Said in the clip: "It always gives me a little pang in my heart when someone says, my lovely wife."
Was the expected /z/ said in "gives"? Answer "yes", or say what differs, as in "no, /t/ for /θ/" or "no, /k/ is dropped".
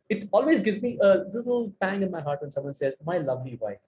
yes